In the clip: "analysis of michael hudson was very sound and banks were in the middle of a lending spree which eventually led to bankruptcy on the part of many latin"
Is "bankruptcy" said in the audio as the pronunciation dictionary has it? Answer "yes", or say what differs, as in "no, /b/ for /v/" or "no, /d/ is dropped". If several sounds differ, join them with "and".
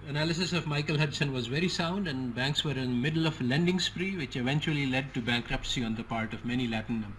yes